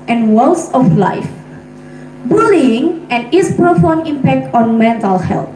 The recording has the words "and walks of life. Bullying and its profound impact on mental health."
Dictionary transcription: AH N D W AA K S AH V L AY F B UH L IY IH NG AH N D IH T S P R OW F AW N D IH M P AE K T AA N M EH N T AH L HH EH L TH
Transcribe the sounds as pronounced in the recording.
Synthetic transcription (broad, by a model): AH N W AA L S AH F L AY F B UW L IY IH NG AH N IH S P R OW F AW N IH M P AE K T AA N M EH N T AH L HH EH L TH